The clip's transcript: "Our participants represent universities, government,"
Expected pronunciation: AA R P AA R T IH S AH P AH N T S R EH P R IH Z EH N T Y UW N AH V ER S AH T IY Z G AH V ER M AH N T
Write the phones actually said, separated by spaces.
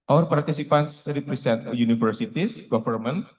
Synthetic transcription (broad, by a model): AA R P AA R T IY S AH P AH N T S R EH P R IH S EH N T Y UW N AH F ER S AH T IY S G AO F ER M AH N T